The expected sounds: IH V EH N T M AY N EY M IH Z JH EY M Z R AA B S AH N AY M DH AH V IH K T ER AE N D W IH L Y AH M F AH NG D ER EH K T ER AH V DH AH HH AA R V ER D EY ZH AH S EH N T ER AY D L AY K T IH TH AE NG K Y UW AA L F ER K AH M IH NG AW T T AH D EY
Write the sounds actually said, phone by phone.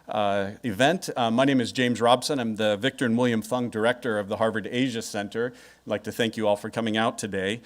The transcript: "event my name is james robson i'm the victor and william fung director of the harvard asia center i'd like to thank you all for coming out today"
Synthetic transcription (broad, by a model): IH V EH N T M AY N EY M IH Z JH EY M Z R AA B S AH N AY M DH AH V IH K T ER N W IH L Y AH M F AH NG D ER EH K T ER AH V DH AH HH AA R V ER D EY ZH AH S EH N T ER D L AY K T IH TH AE NG K Y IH AA L F ER K AH M IH NG AW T T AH D EY